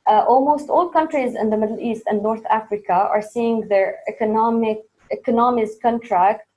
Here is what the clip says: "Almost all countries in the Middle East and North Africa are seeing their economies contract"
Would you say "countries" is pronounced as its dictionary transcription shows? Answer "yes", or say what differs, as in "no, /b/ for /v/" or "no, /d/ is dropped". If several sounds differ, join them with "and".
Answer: yes